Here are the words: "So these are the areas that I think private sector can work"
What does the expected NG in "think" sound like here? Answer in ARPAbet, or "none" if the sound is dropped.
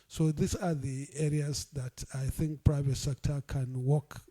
NG